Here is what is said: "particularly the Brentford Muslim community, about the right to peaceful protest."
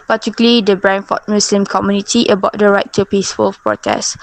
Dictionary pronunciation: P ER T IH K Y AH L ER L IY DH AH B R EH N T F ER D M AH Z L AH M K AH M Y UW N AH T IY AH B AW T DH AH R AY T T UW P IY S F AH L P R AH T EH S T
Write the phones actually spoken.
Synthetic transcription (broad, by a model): P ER T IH K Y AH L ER L IY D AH B R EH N F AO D M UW S L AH M K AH M Y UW N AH T IY AH B AW T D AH R AY T T UW P IY S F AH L P R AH T EH S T